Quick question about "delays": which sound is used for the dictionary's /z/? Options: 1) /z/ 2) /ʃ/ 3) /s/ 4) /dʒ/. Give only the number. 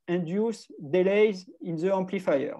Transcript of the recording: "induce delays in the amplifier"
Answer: 1